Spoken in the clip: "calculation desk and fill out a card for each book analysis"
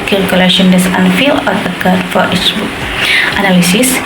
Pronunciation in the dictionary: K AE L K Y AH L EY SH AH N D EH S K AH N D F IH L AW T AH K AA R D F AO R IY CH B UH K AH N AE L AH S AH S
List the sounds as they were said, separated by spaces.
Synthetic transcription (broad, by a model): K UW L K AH L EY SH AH N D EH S AH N F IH L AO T AH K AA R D F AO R IY CH B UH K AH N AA L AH S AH S